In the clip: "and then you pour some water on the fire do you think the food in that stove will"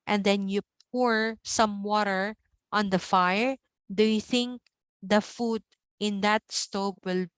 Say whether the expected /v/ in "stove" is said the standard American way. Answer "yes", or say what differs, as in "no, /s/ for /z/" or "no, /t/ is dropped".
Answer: no, /p/ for /v/